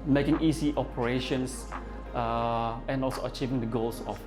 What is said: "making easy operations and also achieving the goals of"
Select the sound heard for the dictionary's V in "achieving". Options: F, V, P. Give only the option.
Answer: V